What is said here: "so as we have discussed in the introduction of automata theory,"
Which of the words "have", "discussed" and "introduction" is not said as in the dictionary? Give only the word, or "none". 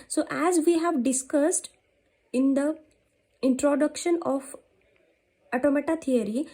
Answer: none